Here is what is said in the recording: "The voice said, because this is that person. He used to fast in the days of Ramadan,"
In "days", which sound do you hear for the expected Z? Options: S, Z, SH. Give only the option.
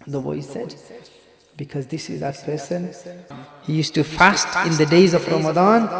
Z